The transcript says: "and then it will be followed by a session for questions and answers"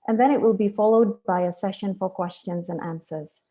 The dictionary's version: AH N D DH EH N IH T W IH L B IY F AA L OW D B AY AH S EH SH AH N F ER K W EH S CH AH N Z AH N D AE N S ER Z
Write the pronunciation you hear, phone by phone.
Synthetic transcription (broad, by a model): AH N DH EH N IH T W IH L B IY F AA L OW D B AY AH S EH SH AH N F ER K W EH S CH AH N Z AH N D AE N S ER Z